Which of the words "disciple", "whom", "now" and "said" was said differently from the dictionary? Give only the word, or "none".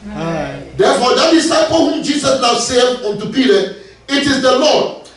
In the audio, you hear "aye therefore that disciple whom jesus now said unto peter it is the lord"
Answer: said